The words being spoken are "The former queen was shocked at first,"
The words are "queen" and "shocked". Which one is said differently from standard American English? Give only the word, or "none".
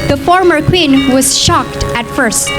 none